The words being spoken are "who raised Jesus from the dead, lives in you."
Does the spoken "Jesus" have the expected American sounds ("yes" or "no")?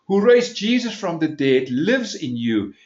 yes